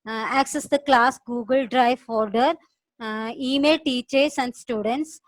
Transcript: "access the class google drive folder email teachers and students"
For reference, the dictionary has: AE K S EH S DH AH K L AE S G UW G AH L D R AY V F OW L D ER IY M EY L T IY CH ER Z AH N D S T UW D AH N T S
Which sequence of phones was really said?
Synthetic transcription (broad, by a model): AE K S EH S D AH K L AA S G UW G AH L D R AY V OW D D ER IY M EY L T IY CH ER S AH N D S T UW D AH N T S